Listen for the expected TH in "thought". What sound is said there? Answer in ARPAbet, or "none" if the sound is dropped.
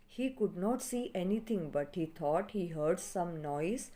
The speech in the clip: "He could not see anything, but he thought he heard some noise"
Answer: T